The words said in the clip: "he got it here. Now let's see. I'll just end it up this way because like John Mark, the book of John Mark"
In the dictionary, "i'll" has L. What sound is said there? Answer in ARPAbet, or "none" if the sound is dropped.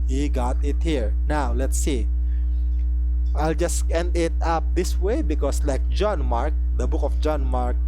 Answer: L